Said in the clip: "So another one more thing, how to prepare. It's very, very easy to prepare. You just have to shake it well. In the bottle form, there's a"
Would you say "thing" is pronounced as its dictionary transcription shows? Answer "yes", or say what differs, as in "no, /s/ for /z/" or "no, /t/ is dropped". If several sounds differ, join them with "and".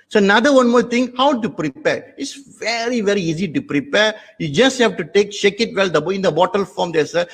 no, /t/ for /θ/